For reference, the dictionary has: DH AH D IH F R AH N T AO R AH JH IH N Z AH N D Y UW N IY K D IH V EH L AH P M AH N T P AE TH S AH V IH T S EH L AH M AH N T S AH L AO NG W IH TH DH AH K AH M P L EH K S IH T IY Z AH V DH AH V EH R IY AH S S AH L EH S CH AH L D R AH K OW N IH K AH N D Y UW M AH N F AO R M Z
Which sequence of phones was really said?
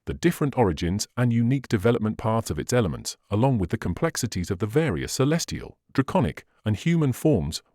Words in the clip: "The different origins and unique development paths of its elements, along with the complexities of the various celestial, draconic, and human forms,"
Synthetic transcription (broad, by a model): DH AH D IH F R AH N T AO R AH JH IH N Z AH N Y UW N IY K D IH V EH L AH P M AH N P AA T S AH V IH T S EH L AH M AH N T S AH L AO NG W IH DH AH K AH M P L EH K S IH T IY Z AH V DH AH V EH R IY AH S S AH L EH S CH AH L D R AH K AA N IH K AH N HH Y UW M AH N F AO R M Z